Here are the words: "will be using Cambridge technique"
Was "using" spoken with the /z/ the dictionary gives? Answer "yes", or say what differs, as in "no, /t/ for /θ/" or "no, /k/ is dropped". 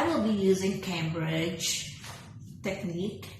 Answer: yes